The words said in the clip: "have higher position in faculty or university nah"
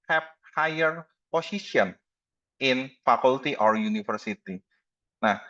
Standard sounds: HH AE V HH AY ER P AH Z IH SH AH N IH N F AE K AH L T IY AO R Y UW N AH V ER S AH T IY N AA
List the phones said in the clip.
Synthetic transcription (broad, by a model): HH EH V HH AY ER P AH S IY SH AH N IH N F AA K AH L T IY AO R Y UW N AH F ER S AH T IY N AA